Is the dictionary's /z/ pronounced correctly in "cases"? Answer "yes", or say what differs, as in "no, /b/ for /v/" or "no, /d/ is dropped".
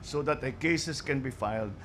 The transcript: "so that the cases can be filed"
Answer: no, /s/ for /z/